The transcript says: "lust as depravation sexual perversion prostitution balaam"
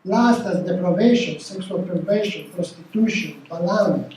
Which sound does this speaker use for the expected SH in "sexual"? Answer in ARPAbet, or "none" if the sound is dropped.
S